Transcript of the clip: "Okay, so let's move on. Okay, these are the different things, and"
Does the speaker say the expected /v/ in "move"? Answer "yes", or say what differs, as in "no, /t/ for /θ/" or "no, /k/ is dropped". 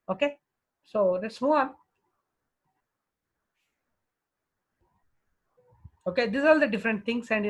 no, /v/ is dropped